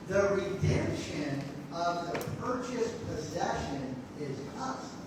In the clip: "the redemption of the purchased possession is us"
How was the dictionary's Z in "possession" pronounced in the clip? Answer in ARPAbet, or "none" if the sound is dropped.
Z